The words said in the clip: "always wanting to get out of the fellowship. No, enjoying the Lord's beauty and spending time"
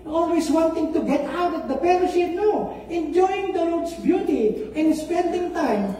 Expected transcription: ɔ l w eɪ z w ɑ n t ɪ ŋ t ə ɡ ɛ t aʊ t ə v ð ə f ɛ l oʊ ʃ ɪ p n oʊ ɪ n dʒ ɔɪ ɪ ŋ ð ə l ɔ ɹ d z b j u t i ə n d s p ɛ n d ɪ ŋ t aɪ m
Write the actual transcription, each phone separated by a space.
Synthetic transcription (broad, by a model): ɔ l w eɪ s w ɑ n t ɪ ŋ t ə ɡ ɛ t aʊ t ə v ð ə p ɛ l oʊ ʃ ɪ n oʊ ɪ n dʒ ɔɪ ɪ ŋ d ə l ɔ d s b j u t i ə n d s p ɛ n d ɪ ŋ t aɪ m